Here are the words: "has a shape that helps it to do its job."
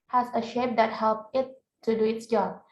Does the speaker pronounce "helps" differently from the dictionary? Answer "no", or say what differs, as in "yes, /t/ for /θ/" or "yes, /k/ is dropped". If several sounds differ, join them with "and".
yes, /s/ is dropped